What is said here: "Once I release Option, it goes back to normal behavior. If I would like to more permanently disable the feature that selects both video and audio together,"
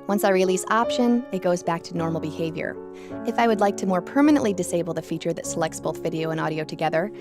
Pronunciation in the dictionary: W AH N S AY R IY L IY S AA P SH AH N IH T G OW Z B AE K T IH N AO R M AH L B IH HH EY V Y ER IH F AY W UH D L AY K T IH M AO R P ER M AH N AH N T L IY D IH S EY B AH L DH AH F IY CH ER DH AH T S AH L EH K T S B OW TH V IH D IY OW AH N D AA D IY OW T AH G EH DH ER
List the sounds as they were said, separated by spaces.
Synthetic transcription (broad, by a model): W AH N S AY R IY L IY S AA P SH AH N IH T G OW Z B AE K T IH N AO R M L B IH HH EY V Y ER IH F AY W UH D L AY K T IH M AO R P ER M AH N AH N T L IY D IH S EY B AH L DH AH F IY CH ER DH AH T S AH L EH K T S B OW TH V IH D IY OW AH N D AA D IY OW T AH G EH DH ER